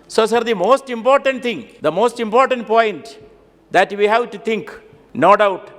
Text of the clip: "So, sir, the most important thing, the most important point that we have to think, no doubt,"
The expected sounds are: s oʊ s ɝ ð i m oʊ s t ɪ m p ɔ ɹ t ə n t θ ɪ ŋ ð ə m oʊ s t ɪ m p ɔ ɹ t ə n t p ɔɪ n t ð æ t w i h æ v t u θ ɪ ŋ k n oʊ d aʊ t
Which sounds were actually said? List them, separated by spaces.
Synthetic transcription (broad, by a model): s oʊ s ɝ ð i m oʊ s t ɪ m p ɔ ɹ t ə n t t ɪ ŋ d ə m oʊ s t ɪ m p ɔ ɹ t ə n t p ɔɪ n t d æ t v i h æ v t u t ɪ ŋ k n oʊ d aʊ t